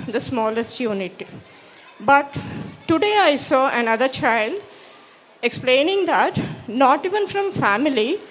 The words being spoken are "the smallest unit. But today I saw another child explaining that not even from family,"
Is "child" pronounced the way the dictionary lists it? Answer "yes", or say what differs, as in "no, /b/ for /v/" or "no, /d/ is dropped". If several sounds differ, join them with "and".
yes